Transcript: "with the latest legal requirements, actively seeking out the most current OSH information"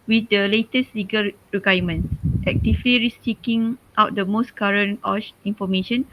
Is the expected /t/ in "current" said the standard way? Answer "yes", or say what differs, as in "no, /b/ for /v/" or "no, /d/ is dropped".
no, /t/ is dropped